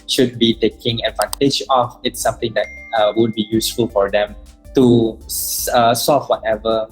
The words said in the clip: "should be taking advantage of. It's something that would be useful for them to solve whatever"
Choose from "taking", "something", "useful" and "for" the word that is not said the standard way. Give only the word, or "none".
something